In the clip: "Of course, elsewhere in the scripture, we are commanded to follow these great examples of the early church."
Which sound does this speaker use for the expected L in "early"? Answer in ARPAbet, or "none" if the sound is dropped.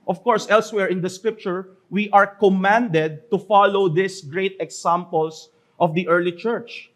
L